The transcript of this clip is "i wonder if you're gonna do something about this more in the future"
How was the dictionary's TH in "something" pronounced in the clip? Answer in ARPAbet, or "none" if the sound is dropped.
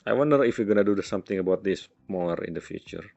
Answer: T